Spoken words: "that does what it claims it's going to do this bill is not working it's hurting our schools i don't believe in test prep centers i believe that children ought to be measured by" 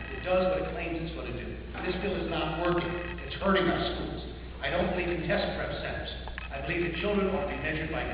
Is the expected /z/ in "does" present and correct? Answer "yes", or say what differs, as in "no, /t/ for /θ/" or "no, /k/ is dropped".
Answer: yes